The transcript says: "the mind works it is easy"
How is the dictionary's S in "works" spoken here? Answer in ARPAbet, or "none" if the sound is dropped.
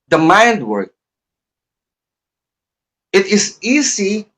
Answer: none